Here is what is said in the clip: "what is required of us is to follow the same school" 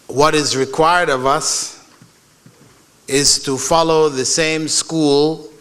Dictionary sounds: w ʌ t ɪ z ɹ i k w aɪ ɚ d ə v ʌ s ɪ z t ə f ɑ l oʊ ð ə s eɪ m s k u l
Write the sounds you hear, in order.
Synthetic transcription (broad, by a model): w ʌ t ɪ z ɹ i k w aɪ ɚ d ə v ʌ s ɪ z t ə f ɑ l oʊ ð ə s eɪ m s k u l